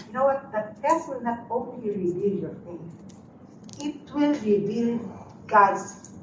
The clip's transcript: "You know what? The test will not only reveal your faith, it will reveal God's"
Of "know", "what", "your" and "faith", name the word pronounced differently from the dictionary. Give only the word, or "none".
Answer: faith